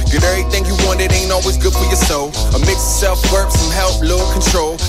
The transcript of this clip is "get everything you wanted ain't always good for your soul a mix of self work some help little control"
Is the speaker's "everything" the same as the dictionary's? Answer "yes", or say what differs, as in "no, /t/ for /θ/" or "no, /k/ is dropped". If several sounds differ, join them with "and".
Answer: no, /v/ is dropped